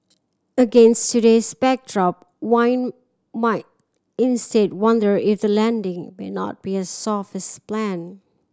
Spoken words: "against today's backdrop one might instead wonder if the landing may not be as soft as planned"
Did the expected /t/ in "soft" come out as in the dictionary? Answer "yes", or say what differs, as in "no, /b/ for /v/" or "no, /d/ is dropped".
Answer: no, /t/ is dropped